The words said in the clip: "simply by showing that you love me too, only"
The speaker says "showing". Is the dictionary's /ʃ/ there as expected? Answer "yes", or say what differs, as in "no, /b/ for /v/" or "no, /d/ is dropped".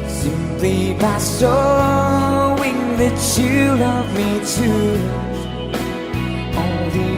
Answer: no, /s/ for /ʃ/